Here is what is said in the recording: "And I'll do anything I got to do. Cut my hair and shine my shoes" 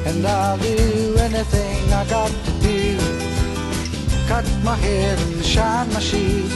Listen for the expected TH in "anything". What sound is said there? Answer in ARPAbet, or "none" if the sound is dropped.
TH